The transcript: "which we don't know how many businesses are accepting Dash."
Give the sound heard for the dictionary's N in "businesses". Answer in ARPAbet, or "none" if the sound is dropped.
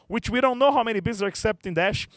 none